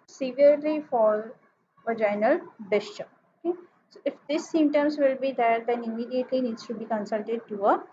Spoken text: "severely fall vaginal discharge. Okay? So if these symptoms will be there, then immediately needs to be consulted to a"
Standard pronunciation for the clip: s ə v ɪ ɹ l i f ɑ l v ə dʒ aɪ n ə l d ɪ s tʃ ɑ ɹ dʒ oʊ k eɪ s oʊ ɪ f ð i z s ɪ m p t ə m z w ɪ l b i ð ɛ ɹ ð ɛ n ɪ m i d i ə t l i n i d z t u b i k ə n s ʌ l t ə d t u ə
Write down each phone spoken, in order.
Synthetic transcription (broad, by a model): s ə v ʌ ɹ l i f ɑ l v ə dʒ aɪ n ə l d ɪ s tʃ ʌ oʊ k eɪ s oʊ ɪ f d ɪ s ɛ m t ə m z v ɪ l b i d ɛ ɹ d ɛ n ɪ m i d i ə t l i n i d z t u b i k ə n s ʌ l t ə d t u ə